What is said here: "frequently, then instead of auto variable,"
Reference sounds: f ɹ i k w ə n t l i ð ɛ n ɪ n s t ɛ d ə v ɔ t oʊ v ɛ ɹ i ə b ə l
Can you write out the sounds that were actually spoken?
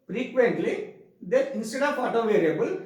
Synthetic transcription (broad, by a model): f ɹ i k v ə n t l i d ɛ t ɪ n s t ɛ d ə p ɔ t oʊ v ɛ ɹ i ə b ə l